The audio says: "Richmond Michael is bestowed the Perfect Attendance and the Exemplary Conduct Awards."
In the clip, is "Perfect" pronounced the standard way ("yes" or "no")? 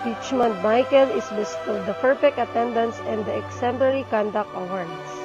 no